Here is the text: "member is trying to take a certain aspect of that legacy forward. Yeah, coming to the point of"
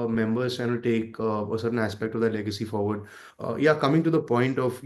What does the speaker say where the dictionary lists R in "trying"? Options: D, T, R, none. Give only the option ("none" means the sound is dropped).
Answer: none